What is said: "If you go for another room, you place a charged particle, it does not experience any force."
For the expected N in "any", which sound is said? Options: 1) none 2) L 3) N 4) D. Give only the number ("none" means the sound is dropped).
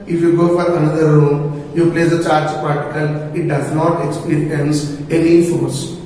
3